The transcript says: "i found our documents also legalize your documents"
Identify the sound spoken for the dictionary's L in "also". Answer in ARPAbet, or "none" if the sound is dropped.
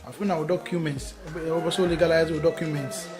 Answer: none